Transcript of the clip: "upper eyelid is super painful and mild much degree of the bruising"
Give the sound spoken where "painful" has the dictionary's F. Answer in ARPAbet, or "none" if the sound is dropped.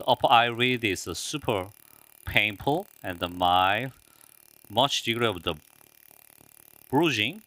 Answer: P